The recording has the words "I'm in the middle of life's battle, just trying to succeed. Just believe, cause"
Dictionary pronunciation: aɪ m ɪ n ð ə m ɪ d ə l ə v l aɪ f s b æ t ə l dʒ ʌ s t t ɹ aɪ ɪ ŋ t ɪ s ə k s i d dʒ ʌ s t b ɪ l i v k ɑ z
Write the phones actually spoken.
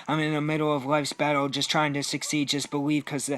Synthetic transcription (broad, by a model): aɪ m ɪ n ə m ɪ d l ə v l aɪ f s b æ t l dʒ ʌ s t t ɹ aɪ ɪ ŋ t ɪ s ə k s i d dʒ ʌ s b ɪ l i v k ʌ z